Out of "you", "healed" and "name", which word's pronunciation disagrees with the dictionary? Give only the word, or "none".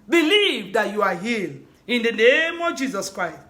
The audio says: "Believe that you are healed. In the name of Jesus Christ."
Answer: healed